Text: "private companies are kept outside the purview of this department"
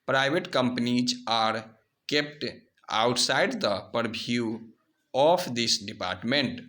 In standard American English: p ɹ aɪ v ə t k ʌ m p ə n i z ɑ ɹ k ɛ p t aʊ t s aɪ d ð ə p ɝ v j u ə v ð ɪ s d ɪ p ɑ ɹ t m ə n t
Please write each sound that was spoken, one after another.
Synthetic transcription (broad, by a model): p ɹ aɪ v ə t k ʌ m p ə n i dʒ ɑ ɹ k ɛ p t aʊ t s aɪ d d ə p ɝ b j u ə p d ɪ s d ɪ p ɑ ɹ t m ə n t